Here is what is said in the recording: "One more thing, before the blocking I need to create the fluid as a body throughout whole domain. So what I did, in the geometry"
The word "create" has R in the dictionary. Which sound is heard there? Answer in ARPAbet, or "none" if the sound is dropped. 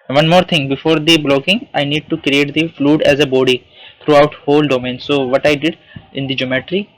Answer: R